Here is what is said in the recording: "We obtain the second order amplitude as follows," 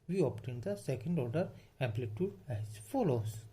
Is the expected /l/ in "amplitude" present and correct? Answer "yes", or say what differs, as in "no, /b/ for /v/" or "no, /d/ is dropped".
yes